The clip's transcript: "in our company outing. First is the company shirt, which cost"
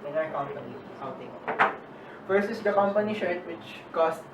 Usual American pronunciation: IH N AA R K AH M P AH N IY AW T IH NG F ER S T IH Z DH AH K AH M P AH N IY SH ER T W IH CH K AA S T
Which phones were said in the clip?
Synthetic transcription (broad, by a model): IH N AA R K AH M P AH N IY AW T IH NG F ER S IH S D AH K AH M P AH N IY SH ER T W IH CH K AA S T